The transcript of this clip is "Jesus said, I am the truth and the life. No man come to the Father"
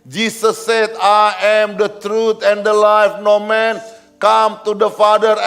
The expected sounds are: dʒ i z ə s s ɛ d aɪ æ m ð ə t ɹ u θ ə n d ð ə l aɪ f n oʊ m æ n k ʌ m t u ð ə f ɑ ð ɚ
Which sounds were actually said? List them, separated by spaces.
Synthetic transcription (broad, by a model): dʒ i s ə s s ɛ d aɪ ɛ m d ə t ɹ u t ə n d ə l aɪ f n oʊ m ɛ n k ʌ m t u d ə f ɑ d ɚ